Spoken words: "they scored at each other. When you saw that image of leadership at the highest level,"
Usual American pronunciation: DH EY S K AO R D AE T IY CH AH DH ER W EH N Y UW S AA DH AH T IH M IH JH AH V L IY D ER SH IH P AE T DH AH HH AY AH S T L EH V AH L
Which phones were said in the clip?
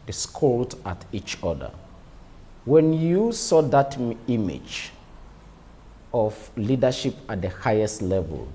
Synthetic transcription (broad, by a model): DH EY S K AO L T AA T IY CH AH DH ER W EH N Y UW S AA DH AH T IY M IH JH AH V L IY D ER SH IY P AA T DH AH HH AY AH S T L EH V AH L